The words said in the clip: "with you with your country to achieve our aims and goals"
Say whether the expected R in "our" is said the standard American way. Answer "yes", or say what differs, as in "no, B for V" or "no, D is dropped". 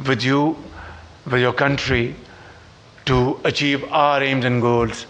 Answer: yes